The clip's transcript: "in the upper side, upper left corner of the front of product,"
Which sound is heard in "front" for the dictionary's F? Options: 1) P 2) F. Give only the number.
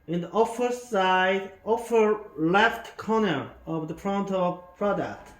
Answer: 1